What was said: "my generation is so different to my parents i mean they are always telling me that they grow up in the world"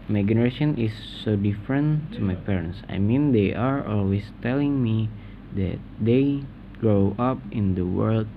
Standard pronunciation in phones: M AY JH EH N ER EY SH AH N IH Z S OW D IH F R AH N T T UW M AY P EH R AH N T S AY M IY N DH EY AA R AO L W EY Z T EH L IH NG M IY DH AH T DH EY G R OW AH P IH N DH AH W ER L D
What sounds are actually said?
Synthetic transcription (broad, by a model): M AY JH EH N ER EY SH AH N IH S OW D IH F R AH N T T UW M AY P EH R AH N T S AY M IY N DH EY AA R AO L W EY S T EH L IH NG M IY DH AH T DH EY G R OW AH P IH N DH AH W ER L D